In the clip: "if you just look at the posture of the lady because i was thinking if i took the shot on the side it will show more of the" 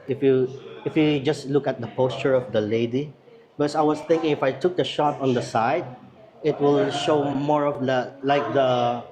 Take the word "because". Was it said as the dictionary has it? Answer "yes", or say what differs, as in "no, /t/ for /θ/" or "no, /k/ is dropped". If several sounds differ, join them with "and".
no, /s/ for /z/